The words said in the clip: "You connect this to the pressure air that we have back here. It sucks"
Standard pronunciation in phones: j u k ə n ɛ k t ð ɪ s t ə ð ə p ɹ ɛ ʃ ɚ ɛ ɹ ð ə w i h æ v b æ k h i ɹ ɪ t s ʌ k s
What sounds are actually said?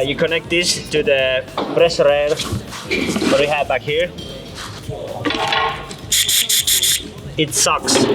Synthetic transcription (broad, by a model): j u k ə n ɛ k t ð ɪ s t ə ð ə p ɹ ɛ s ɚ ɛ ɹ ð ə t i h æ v b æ k h i ɹ ɪ t s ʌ k s